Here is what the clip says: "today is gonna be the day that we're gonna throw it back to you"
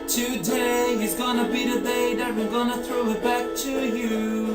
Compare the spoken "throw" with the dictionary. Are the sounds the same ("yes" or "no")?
yes